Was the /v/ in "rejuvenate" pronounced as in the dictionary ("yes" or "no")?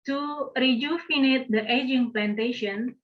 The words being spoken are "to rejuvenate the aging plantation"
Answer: no